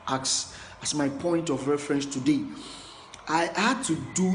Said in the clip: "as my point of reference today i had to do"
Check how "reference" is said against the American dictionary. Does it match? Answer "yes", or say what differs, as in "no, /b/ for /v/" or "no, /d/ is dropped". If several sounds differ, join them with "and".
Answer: yes